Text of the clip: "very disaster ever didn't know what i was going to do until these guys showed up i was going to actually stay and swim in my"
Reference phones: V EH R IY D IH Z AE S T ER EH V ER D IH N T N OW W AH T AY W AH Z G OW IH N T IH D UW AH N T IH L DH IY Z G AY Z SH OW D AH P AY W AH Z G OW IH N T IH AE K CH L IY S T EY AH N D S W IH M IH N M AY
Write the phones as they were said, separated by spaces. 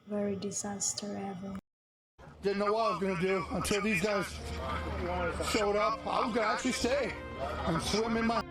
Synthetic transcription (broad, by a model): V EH R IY D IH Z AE S T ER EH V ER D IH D N OW W AH T AY W AH Z G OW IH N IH D UW AH N T IH L DH IY Z G AY Z SH OW D AH P AY W AH Z G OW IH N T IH AE K CH L IY S T EY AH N S W IH M IH N M AY